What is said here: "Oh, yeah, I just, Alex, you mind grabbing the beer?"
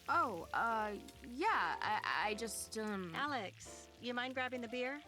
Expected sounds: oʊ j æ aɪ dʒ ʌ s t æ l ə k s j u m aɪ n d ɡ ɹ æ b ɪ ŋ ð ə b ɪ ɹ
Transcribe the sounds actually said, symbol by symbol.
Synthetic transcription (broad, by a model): oʊ j æ aɪ dʒ ʌ s t æ l ə k s j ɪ m aɪ n ɡ ɹ æ b ɪ ŋ ð ə b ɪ ɹ